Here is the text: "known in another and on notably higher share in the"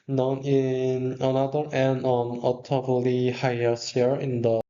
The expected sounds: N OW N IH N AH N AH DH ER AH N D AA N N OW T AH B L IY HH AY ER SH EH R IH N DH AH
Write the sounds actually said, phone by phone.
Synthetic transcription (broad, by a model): N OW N IH N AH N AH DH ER AH N D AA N N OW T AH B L IY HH AY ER S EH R IH N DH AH